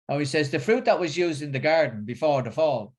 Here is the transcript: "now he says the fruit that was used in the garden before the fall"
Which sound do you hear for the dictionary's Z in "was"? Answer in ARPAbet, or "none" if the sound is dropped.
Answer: Z